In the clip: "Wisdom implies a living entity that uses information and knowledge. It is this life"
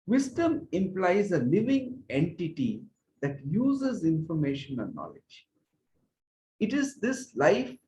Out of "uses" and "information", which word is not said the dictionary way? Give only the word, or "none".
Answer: none